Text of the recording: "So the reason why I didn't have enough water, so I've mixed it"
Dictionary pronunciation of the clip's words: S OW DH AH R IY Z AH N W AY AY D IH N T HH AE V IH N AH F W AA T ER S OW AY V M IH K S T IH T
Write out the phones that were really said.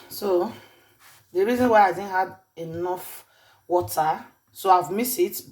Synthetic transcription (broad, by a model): S OW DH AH R IY Z AH N W AY AY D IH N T HH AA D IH N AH F W AA T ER S OW AY V M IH S IH T